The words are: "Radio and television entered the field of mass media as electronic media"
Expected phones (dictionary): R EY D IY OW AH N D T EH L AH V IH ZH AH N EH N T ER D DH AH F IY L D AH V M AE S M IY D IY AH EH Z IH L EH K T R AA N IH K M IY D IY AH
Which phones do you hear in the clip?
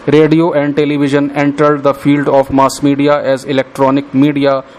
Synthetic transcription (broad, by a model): R EY D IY OW AH N D T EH L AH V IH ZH AH N EH N T ER D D AH F IY L D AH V M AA S M IY D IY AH EH Z IH L EH K T R AA N IH K M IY D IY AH